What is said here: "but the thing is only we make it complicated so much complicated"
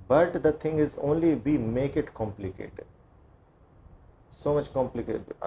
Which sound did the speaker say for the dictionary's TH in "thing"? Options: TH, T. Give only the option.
T